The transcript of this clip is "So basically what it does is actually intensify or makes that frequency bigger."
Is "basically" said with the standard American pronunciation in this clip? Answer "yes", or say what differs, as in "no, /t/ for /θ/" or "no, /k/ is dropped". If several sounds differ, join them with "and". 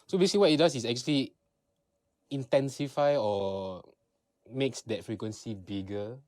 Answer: no, /w/ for /l/